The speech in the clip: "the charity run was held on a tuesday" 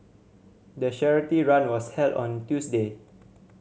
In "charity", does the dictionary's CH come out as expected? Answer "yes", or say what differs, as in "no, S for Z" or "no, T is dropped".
no, SH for CH